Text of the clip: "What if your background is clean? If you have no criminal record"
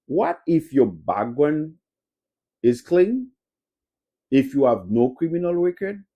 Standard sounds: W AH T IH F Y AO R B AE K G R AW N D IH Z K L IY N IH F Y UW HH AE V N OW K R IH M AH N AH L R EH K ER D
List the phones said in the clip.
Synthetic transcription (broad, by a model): W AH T IH F Y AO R B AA G W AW N IH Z K L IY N IH F Y UW HH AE V N OW K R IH M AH N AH L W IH K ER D